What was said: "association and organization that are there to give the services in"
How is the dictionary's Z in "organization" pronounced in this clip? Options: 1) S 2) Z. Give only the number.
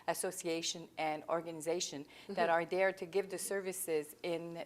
2